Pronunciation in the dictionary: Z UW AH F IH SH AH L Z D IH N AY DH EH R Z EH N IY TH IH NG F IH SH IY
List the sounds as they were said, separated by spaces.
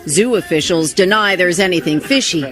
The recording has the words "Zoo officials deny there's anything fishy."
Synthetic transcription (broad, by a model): Z UW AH F IH SH L Z D IH N AY DH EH R Z EH N IY TH IH NG F IH SH IY